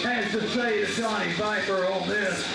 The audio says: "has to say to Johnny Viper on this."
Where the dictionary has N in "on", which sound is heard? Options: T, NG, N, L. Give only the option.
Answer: L